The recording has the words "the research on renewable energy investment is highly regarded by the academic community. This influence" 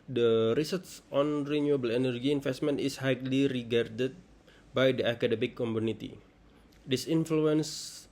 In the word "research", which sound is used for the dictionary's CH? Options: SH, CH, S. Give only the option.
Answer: S